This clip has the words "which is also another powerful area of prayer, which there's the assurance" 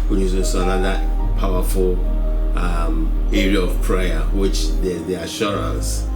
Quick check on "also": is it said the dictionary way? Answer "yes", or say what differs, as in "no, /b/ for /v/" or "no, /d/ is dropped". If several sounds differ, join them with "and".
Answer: no, /l/ is dropped